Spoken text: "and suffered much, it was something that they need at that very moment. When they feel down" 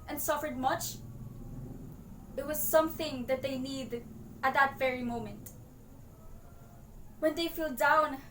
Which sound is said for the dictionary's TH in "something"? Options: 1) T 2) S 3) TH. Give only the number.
3